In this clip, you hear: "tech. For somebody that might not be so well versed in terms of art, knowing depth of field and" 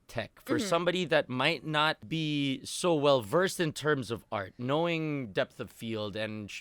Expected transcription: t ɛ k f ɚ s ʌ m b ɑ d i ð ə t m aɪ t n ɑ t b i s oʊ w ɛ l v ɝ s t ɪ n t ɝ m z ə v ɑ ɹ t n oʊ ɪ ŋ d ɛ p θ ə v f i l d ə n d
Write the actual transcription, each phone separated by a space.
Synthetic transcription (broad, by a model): t ɛ k f ɚ s ʌ m b ɑ d i ð ə t m aɪ t n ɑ t b i s oʊ w ɛ l v ɝ s t ɪ n t ɝ m z ə v ɑ ɹ t n oʊ ɪ ŋ d ɛ p θ ə v f i l d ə n